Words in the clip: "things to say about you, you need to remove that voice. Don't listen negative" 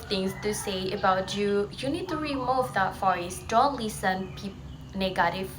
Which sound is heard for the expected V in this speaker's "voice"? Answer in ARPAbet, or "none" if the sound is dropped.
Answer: F